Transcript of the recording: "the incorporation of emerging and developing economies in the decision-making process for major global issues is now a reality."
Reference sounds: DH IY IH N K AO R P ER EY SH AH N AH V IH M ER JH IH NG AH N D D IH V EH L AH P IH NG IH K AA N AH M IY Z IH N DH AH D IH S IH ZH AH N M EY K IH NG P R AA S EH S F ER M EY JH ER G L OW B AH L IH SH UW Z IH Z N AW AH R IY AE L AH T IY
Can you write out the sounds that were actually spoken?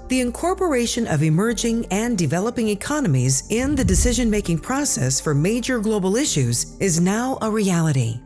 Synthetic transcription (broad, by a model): DH IY IH N K AO R P ER EY SH AH N AH V IH M ER JH IH NG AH N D D IH V EH L AH P IH NG IH K AA N AH M IY Z IH N DH AH D IH S IH ZH AH N M EY K IH NG P R AA S EH S F ER M EY JH ER G L OW B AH L IH SH UW Z IH Z N AW AH R IY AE L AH T IY